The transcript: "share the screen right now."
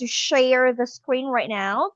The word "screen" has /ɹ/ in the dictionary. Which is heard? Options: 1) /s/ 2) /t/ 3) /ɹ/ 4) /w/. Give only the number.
3